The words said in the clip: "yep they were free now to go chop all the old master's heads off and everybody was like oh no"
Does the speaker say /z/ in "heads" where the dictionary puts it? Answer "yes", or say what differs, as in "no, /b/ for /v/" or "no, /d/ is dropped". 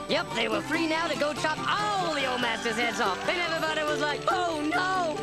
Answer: yes